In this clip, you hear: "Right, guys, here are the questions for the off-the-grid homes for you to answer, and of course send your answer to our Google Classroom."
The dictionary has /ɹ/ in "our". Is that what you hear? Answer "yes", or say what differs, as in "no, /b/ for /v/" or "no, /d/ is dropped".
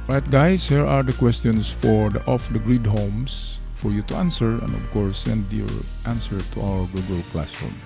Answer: no, /w/ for /ɹ/